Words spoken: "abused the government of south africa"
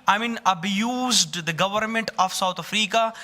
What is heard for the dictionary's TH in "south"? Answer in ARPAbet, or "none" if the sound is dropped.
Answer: T